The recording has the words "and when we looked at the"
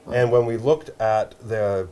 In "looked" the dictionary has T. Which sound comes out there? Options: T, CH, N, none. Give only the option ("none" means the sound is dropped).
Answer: T